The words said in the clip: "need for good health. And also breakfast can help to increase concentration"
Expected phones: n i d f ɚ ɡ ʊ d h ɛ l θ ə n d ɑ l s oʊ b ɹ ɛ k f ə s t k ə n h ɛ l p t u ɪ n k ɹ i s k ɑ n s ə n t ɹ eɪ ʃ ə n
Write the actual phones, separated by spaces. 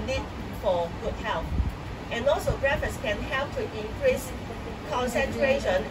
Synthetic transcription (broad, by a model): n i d f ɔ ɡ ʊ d h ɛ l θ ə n ɑ l s oʊ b ɹ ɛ f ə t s k ə n h ɛ l p t u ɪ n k ɹ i s k ɑ n s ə n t ɹ eɪ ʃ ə n